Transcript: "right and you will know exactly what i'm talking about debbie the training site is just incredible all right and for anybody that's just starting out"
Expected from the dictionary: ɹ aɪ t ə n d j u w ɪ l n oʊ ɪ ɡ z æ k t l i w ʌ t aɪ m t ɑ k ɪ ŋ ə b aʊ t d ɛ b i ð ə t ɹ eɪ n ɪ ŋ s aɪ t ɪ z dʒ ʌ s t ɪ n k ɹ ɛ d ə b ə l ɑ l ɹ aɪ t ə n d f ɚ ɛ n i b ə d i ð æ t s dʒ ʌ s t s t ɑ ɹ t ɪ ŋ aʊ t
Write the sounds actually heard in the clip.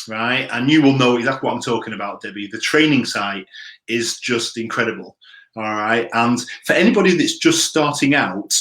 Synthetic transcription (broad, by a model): ɹ aɪ t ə n j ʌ w ɪ l n oʊ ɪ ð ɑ t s w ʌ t aɪ m t ɑ k ɪ ŋ ə b aʊ t d ɛ b i ð ə t ɹ eɪ n ɪ ŋ s aɪ t ɪ z dʒ ʌ s t ɪ n k ɹ ɛ d ə b ə l ɑ l ɹ aɪ t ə n f ɚ ɛ n i b ə d i ð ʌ t s dʒ ʌ s t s t ɑ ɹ t ɪ ŋ aʊ t